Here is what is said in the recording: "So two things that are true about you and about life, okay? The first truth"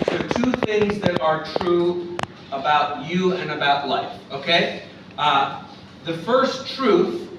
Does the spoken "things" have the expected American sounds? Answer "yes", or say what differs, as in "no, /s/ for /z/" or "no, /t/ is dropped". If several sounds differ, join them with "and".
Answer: yes